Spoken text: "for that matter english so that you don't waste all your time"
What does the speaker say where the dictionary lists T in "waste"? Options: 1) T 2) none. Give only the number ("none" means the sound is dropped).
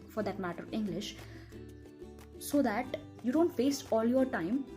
2